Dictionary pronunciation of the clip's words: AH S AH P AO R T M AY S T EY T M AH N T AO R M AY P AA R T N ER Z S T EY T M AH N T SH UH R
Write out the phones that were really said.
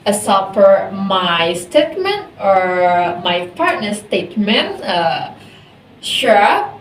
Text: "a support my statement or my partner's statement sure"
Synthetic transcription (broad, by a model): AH S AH F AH R M AY S T EY T M AH N T AO R M AY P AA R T N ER S T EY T M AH N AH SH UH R